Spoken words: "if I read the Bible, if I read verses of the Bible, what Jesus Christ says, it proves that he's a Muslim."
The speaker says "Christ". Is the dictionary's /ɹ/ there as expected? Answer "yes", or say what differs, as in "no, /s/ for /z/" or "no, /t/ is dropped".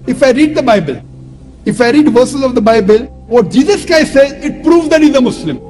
no, /ɹ/ is dropped